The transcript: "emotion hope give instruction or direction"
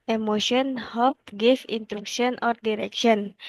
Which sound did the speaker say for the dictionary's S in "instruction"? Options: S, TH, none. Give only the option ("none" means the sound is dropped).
none